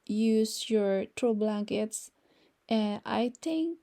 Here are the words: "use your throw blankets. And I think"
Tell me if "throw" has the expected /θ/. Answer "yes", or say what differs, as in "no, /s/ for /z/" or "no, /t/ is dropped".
no, /t/ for /θ/